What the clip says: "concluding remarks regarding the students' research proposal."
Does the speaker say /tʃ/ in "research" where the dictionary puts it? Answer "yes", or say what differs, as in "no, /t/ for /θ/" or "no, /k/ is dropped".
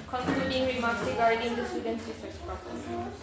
no, /s/ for /tʃ/